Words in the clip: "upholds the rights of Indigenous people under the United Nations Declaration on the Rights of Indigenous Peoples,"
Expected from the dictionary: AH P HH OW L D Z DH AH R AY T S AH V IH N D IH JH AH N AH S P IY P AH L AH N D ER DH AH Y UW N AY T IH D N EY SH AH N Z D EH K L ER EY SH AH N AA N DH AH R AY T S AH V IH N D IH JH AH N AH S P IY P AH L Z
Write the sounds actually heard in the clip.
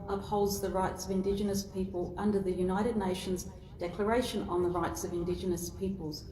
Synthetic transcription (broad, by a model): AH P HH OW L D Z DH AH R AY T S AH V IH N D IH JH AH N AH S P IY P AH L AH N D ER DH AH Y UW N AY T IH D N EY SH AH N Z D EH K L ER EY SH AH N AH N DH AH R AY T S AH V IH N D IH JH AH N AH S P IY P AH L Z